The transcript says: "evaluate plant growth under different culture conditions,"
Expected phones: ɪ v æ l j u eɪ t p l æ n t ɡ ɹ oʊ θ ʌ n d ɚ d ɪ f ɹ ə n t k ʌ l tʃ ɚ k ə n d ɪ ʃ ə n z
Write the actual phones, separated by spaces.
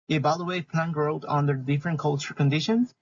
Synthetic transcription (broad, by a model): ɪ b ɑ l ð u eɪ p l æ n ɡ ɹ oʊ t ʌ n d ɚ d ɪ f ɹ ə n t k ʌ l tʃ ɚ k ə n d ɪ ʃ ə n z